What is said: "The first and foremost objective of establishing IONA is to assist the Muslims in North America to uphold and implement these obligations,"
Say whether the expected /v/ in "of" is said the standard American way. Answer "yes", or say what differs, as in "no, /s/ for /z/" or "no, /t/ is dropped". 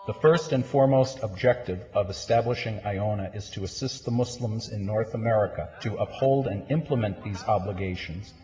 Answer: yes